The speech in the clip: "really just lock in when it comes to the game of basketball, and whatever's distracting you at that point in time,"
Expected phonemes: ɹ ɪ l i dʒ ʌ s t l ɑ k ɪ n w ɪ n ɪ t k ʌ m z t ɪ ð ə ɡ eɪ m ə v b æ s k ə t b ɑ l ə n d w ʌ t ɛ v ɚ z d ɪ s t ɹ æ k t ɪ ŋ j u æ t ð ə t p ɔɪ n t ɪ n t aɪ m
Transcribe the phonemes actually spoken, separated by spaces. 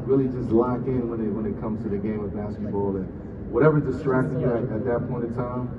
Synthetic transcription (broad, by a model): ɹ ɪ l i dʒ ʌ s t l ɑ k ɪ n w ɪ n ɪ t k ʌ m z t ɪ ð ə ɡ eɪ m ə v b æ s k ə t b ɑ l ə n w ʌ t ɛ v ɚ d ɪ s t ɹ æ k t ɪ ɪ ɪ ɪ t ð ə t p ɔɪ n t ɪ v t aɪ m